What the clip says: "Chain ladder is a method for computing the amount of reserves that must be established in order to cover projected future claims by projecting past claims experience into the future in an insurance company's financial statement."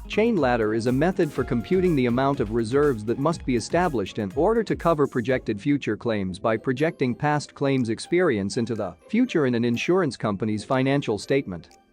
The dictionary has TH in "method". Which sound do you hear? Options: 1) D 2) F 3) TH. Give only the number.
3